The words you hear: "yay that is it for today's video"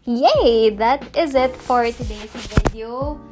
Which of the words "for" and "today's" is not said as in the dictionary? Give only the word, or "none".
today's